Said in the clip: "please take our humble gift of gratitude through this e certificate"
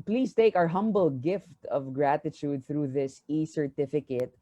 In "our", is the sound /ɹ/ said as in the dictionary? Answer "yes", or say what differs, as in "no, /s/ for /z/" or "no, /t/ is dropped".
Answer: yes